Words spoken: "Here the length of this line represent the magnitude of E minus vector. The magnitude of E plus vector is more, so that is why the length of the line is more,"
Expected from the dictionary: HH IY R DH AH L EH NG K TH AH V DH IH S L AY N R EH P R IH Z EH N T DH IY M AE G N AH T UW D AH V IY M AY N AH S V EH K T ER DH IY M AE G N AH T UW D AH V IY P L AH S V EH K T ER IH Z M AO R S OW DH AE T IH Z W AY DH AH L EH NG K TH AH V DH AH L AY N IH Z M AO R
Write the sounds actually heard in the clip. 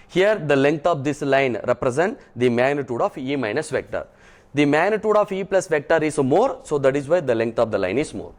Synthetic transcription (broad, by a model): HH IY R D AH L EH NG K T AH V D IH S L AY N R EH P R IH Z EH N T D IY M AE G N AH T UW D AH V IY M AY N AH S V EH K T ER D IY M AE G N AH T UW D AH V IY P L AH S V EH K T ER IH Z M AO R S OW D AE T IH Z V AY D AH L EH NG K T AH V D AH L AY N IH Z M AO R